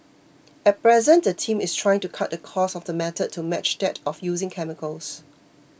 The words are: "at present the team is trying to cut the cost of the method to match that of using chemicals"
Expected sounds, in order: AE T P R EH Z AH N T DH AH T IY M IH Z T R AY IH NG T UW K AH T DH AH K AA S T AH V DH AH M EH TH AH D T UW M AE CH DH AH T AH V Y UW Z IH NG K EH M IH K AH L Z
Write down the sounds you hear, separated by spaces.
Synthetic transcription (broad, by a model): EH T P R EH Z AH N T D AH T IY M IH S T R AY IH NG T UW K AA T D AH K AA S AH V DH AH M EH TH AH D T UW M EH CH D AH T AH F Y UW Z IH NG K EH M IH K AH L S